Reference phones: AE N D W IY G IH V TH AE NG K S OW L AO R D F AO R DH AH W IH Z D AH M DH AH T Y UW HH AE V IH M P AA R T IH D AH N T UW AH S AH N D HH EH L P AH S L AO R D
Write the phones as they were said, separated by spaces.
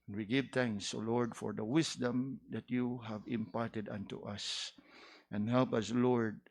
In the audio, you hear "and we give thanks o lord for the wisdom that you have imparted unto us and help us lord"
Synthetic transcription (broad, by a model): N W IY G IH V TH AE NG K S OW L AO R D F AO R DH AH W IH S D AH M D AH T Y UW HH AE V IH M P AA R T IH D AH N T UW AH S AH N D HH EH L P AH S L AO R D